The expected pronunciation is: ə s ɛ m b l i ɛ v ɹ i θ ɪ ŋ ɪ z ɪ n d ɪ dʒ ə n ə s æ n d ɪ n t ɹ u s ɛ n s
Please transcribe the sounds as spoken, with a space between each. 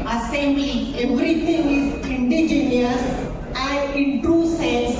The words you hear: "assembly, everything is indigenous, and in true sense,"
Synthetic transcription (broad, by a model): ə s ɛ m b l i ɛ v ɹ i t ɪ ŋ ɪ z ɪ n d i dʒ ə n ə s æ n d ɪ n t u s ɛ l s